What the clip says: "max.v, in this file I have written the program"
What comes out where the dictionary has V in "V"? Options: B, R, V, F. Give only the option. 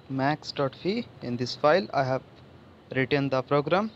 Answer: F